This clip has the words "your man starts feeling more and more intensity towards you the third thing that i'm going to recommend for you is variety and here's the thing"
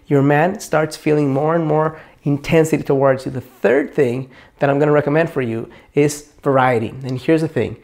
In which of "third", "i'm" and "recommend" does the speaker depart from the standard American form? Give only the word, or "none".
none